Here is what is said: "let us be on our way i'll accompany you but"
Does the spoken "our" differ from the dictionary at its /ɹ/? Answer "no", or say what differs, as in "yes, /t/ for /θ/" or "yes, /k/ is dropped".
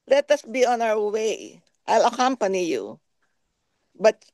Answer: yes, /w/ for /ɹ/